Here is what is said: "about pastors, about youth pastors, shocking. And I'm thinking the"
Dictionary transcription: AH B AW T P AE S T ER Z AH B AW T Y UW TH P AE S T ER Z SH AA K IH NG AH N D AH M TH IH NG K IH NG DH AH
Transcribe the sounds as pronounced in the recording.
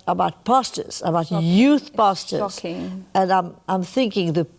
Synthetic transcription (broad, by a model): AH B AW T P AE S T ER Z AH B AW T Y UW TH P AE S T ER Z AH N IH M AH AH M TH IH NG K IH NG DH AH